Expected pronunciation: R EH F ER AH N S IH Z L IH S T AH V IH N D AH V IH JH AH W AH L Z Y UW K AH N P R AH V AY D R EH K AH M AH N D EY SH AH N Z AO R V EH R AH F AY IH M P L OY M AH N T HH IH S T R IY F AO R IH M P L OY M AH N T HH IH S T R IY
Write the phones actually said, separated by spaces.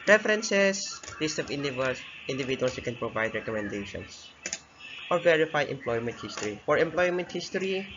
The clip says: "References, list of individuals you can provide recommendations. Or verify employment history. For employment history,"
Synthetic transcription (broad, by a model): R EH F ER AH N S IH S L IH S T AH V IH N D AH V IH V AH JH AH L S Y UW K AH N P R AH V AY D R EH K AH M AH N D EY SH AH N S AO R V EH R AH F AY IH M P L OY M AH N T HH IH S T R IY F AO R IH M P L OY M AH N T HH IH S T R IY